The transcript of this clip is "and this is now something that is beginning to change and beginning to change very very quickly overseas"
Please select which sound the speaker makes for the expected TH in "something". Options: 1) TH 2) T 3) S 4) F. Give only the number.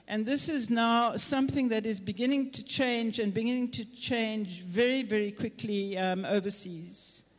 1